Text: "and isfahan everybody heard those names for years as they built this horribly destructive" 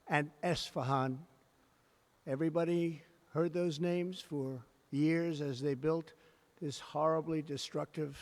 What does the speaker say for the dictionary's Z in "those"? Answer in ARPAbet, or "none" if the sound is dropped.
Z